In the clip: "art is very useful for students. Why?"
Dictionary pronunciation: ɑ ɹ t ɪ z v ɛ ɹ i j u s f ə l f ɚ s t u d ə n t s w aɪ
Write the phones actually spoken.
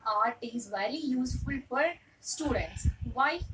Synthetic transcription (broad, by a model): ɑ ɹ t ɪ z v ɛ l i j u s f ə l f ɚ s t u d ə n t s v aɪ